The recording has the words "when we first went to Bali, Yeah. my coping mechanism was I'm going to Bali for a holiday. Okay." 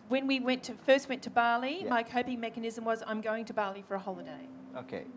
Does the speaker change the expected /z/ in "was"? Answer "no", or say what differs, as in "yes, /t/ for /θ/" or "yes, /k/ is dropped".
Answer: no